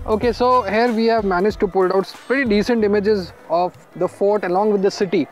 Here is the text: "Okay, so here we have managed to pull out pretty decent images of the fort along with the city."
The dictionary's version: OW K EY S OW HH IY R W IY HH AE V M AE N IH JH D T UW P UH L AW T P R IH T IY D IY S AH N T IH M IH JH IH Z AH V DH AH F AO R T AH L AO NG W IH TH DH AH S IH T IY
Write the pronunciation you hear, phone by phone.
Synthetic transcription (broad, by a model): OW K EY S OW HH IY R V IY HH AE V M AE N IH JH T UW P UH L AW T P R IH T IY D IY S AH N T IH M IH JH IH Z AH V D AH F AO R T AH L AO NG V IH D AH S IH T IY